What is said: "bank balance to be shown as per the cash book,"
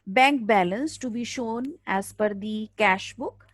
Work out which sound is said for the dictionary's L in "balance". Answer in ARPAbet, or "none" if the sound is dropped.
L